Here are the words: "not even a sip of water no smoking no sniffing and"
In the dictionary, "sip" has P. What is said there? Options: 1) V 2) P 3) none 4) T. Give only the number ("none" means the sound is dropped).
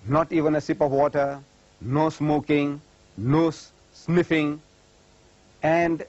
2